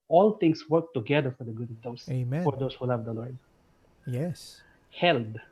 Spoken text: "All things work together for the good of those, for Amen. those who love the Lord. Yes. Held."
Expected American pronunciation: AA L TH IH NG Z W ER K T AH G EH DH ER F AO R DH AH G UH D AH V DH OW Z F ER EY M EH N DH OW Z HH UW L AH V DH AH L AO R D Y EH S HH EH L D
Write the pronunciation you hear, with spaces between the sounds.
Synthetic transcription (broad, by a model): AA L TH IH NG S W ER K T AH G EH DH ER F AO R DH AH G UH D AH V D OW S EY M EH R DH OW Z HH UW L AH V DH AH L AO R D Y EH S HH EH L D